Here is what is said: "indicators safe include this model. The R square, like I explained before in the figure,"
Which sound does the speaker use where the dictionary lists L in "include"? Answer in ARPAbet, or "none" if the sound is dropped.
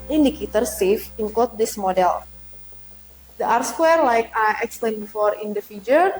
none